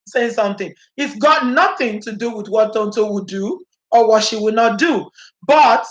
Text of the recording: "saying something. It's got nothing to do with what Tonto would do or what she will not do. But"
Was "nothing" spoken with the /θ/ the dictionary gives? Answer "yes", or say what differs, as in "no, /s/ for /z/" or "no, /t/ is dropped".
yes